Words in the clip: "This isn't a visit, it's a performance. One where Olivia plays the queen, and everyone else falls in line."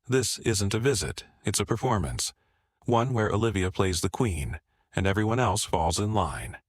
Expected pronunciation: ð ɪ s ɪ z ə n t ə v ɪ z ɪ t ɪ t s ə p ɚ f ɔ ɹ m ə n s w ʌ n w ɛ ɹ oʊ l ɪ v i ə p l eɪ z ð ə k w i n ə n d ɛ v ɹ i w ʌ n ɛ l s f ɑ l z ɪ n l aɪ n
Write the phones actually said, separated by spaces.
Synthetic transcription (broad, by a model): ð ɪ s ɪ z ə n t ə v ɪ z ɪ t ɪ t s ə p ɚ f ɔ ɹ m ə n s w ʌ n w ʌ ɹ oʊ l ɪ v i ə p l eɪ z ð ə k w i n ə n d ɛ v ɹ i w ʌ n ɛ l s f ɑ l z ɪ n l aɪ n